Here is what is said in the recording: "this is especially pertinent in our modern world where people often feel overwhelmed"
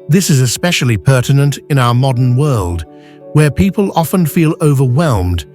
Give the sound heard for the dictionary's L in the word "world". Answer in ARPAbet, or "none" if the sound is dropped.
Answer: L